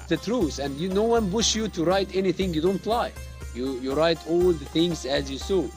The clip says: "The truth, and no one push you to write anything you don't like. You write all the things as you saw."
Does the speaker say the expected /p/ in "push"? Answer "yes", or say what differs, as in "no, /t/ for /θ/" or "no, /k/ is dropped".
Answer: no, /b/ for /p/